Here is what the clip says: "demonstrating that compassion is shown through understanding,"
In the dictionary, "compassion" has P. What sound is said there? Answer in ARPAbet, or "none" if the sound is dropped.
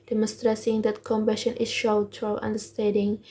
B